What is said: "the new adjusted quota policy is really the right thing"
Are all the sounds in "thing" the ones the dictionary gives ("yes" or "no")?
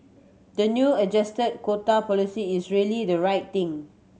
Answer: no